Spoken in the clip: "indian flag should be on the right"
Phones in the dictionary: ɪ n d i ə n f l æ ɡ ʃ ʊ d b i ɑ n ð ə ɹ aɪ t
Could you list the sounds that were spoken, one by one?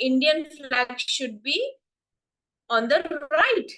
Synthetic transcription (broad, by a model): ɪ n d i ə n f l æ ɡ ʃ ʊ d b i ɑ n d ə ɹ aɪ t